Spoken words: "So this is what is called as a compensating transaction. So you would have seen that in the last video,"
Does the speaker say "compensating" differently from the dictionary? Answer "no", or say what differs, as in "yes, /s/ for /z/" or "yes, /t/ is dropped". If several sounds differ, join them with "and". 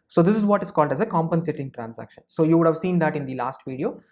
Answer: no